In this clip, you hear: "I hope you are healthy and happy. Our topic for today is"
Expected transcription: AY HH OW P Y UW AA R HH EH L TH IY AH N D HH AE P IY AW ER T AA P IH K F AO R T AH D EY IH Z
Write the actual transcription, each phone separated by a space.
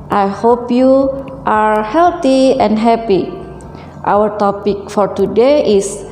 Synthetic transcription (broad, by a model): AY HH OW P Y UW AA R HH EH L T IY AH N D HH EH P IY AW ER T AA P IH K F AO R T AH D EY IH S